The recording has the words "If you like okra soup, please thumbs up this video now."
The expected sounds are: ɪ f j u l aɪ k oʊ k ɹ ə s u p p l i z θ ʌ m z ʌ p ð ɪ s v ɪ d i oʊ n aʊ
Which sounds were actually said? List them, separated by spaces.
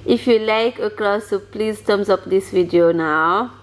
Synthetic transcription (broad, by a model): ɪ f j u l aɪ k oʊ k l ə s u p p l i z t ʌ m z ʌ p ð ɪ s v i d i oʊ n aʊ